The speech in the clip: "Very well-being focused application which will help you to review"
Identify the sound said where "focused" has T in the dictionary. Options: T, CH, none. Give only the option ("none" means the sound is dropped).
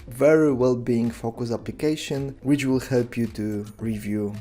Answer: none